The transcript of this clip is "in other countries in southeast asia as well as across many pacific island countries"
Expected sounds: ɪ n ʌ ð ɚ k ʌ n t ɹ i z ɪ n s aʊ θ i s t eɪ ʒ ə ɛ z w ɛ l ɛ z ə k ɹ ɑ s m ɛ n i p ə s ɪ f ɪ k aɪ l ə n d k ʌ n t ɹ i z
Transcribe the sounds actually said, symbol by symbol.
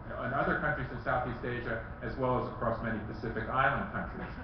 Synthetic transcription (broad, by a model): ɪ n ʌ ð ɚ k ʌ n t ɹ i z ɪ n s aʊ θ i s t eɪ ʒ ə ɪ z w ɛ l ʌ z ə k ɹ ɑ s m ɛ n i p ə s ɪ f ɪ k aɪ l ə n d k ʌ n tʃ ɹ i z